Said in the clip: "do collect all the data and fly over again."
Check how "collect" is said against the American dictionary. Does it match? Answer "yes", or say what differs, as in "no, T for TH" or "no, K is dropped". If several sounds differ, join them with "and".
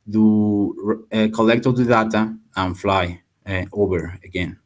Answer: yes